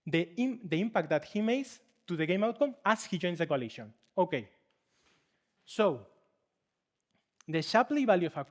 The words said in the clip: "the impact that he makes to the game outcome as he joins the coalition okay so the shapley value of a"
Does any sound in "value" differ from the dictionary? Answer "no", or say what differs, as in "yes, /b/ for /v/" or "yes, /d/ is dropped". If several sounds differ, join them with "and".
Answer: yes, /b/ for /v/